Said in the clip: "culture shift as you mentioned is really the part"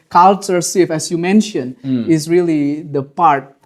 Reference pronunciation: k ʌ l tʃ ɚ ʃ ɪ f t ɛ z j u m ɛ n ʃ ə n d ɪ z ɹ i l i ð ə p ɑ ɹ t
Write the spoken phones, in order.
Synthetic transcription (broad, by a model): k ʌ l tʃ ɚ s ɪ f ɛ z j u m ɛ n ʃ ə n d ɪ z ɹ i l i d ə p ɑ ɹ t